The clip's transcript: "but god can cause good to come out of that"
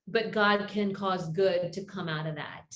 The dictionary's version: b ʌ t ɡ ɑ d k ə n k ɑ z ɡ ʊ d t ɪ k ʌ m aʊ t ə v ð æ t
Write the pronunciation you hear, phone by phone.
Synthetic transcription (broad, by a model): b ʌ t ɡ ɑ d k ə n k ɑ z ɡ ʊ d t ɪ k ʌ m aʊ t ə v ð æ t